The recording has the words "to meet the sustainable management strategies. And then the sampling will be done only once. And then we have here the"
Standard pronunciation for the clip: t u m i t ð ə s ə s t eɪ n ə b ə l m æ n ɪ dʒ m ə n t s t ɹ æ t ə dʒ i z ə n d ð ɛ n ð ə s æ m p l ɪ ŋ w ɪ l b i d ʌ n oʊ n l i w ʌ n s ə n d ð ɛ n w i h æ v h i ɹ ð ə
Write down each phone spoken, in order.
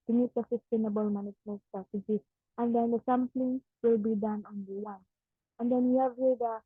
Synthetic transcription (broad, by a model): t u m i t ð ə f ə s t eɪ n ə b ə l m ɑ n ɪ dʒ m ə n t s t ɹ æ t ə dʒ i ə n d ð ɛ n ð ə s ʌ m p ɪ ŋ w ɪ l b i d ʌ n oʊ n l i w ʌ n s ə n d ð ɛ n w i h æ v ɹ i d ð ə